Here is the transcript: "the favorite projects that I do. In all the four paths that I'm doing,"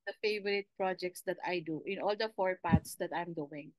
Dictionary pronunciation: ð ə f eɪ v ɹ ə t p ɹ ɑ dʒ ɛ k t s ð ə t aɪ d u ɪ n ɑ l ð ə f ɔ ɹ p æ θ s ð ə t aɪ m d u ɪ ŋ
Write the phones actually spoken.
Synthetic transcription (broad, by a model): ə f eɪ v ɹ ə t p ɹ ɑ dʒ ɛ k t s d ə t aɪ d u ɪ n ɑ l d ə f ɔ ɹ p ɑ t s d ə t aɪ m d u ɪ ŋ